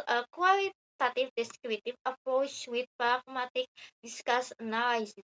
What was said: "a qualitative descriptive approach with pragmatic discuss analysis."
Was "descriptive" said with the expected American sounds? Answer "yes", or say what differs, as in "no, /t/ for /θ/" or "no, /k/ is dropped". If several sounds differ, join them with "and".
no, /p/ is dropped